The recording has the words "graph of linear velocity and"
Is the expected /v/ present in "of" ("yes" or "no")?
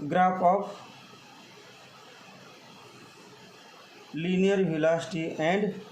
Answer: no